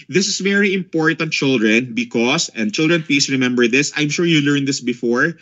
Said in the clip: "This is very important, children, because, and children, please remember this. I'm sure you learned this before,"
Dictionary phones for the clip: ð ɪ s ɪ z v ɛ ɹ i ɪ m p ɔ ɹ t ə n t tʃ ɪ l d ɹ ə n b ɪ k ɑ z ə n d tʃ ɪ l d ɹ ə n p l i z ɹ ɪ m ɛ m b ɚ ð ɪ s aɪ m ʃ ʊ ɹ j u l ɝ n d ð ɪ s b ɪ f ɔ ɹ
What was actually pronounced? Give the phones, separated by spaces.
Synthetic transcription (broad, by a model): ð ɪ s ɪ s v ɛ ɹ i ɪ m p ɔ ɹ t ə n t tʃ ɪ l d ɹ ə n b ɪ k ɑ s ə n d tʃ ɪ l d ɹ ə n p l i s ɹ ɪ m ɛ m b ɚ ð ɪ s aɪ m ʃ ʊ ɹ j u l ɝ n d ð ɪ s b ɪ f ɔ ɹ